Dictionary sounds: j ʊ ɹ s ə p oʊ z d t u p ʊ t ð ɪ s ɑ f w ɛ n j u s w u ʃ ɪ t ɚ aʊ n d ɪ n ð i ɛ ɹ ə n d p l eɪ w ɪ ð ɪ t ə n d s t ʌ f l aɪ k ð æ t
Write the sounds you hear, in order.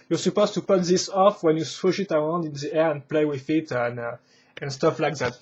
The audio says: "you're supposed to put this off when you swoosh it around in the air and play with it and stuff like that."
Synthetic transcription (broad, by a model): j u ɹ s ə p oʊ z t u p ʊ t ð ɪ s ɑ f w ɛ n j u s w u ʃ ɪ t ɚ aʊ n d ɪ n ð i ɛ ɹ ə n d p l eɪ w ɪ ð ɪ t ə n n s t ʌ f l aɪ k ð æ t